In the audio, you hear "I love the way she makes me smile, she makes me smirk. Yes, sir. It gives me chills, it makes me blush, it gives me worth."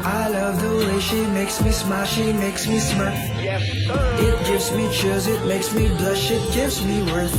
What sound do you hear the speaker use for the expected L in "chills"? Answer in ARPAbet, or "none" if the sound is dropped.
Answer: none